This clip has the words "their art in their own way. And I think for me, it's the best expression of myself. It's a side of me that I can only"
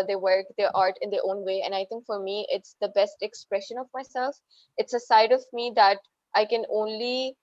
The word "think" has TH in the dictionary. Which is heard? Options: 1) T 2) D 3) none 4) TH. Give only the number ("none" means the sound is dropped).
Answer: 1